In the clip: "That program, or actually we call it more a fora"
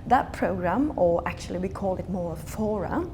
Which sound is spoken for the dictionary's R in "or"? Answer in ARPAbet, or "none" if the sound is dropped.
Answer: L